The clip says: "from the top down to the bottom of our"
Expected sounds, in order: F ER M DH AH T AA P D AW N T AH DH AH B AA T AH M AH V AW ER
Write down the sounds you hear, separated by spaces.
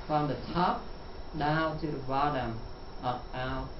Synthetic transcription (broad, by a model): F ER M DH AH T AA P D AW N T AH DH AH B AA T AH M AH P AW